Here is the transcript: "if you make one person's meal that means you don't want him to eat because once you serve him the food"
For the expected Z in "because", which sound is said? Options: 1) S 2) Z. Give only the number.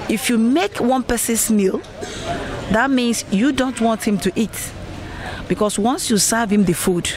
1